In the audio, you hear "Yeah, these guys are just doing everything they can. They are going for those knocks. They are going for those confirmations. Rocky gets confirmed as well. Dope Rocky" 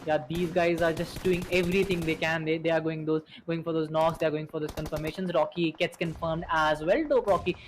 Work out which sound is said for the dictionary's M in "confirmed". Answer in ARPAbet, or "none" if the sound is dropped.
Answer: M